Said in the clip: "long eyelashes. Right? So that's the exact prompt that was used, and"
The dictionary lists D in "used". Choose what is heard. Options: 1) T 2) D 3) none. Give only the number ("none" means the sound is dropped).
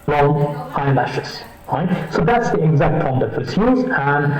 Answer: 3